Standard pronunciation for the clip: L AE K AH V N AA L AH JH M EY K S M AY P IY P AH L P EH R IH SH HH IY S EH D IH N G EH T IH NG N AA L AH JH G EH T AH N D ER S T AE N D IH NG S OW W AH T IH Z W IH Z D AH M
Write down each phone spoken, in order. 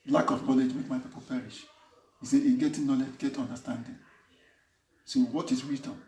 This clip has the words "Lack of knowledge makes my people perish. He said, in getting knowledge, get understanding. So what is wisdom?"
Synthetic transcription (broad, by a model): L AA K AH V N AA L AH JH M EY K M AY P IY P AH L P EH R IH SH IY S EH IH G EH T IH N AA L AH JH G EH T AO N D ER S T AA N D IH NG S OW W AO T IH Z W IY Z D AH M